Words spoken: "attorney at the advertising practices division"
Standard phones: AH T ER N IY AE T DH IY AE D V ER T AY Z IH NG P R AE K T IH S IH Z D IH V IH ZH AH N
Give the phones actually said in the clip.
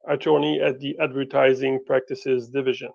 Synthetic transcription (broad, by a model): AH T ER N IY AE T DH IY AE D V ER T AY Z IH NG P R AE K T IH S IH Z D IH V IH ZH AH N